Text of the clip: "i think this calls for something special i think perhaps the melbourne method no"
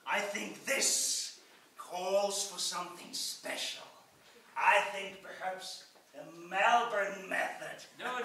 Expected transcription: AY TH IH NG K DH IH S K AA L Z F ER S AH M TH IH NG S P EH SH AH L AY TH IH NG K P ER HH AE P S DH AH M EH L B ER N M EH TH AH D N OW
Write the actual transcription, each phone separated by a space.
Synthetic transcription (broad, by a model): AY TH IH NG K DH IH S K AA L Z F ER S AH M TH IH NG S P EH SH L AY TH IH NG K P ER HH AE P S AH M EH L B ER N M EH TH AH D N